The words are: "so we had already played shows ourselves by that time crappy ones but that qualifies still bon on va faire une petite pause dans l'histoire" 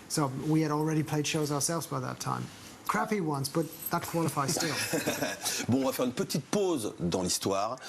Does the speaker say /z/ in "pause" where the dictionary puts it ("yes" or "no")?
yes